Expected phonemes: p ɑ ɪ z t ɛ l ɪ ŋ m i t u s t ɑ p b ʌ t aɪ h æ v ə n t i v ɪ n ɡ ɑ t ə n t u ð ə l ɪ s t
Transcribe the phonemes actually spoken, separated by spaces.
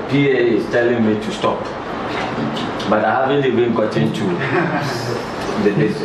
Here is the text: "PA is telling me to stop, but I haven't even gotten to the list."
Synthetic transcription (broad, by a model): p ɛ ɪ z t ɛ l ɪ ŋ m i t u s t ɑ p b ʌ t aɪ h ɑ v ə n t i b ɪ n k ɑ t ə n t u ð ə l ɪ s